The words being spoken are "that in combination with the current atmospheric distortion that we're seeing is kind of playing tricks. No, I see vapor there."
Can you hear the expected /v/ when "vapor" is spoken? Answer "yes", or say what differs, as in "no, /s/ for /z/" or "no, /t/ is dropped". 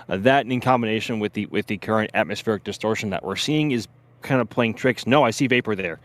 yes